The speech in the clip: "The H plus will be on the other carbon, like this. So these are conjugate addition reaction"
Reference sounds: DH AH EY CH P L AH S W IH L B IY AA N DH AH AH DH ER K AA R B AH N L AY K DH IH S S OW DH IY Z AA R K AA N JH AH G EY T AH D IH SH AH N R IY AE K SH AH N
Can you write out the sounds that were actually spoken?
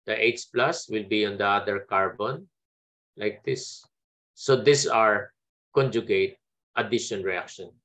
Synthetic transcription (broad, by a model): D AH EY S P L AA S W IH L B IY AA N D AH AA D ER K AA R B AH N L AY K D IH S S OW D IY S AA R K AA N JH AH G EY T AH D IH SH AH N R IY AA K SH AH N